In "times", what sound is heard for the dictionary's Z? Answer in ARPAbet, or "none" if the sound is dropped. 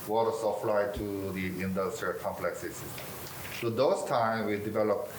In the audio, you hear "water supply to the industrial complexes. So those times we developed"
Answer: none